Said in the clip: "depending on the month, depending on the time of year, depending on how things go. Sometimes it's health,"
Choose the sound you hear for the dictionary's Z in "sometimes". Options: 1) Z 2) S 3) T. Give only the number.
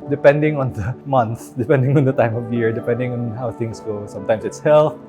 2